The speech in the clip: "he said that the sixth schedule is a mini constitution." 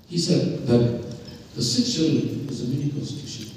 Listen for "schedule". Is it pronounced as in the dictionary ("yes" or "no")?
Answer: no